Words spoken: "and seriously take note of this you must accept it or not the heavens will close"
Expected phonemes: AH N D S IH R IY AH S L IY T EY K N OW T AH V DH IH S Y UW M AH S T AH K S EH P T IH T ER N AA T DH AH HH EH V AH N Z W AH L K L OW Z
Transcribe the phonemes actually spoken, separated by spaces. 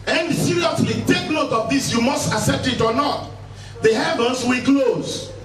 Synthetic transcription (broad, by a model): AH N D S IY R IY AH S L IY T EY K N OW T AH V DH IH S Y UW M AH S T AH S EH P T IH T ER N AA T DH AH HH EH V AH N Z W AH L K L OW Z